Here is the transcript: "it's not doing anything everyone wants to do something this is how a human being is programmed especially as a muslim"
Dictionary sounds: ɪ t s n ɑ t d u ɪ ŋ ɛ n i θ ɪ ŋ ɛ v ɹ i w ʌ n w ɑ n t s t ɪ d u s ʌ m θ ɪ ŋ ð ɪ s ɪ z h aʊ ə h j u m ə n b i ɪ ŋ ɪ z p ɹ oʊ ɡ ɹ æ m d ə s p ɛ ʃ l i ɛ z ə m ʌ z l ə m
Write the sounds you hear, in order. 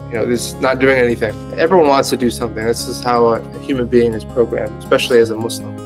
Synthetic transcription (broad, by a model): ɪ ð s n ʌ t d u ɪ ŋ ɛ n i θ ɪ ŋ ɛ v ɹ i w ʌ n w ɑ n t s t ɪ d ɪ s ʌ m θ ɪ ŋ ð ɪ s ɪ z h aʊ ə h j u m ə n b i ɪ ŋ ɪ z p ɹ oʊ ɡ ɹ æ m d ə s p ɛ ʃ l i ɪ z ə m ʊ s l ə m